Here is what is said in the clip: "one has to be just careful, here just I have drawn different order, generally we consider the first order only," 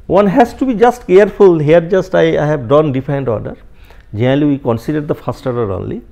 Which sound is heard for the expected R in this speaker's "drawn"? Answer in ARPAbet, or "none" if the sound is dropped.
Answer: none